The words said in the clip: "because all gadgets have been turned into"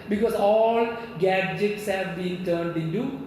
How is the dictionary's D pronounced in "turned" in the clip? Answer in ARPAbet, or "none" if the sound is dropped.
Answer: D